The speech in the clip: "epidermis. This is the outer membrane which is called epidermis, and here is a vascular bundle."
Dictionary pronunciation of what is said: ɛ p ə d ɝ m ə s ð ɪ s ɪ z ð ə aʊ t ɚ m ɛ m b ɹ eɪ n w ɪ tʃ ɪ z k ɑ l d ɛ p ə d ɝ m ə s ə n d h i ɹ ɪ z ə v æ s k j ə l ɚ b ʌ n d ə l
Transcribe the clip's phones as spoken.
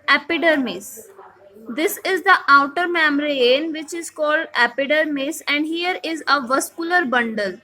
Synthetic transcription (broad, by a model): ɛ p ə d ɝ m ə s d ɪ s ɪ z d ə aʊ t ɚ m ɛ m ɹ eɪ n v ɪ tʃ ɪ z k ɑ l d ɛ p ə d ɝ m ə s ə n d h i ɹ ɪ z ə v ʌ s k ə l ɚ b ʌ n d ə l